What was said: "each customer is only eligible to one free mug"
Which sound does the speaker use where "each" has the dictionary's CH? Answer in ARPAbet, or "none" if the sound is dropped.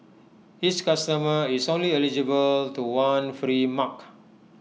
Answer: S